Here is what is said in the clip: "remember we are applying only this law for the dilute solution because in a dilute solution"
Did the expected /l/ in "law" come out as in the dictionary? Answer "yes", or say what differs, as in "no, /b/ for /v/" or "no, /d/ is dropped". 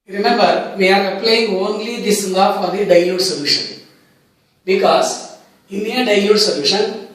no, /n/ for /l/